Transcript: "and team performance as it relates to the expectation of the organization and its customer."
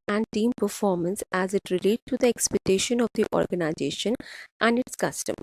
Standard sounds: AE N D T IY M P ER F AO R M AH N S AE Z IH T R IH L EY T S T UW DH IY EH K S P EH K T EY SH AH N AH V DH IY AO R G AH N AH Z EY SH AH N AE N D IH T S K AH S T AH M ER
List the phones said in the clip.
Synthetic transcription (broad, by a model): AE N D T IY M P ER F AO R M AH N S AE Z IH T R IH L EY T T UW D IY EH K S P EH K T EY SH AH N AH V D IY AO R G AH N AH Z EY SH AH N AE N D IH T S K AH S T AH M